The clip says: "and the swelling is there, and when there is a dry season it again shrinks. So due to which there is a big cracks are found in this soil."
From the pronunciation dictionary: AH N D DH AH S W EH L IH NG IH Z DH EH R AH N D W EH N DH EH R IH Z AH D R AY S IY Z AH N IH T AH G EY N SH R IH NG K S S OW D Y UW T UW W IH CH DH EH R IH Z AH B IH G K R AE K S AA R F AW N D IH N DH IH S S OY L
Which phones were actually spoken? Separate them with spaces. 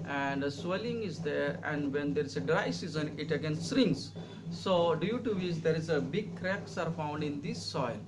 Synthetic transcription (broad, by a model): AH N D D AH S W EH L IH NG IH Z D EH R AH N D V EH N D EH R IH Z AH D R AY S IY Z AH N IH T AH G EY N S R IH NG S S OW D Y UW T UW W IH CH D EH R IH Z AH B IH G K R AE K S AA R F AW N D IH N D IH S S OY L